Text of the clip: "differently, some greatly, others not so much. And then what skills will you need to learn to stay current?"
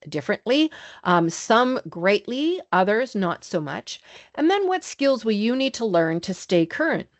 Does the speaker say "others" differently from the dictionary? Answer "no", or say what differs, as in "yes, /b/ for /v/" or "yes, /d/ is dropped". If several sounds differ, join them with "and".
no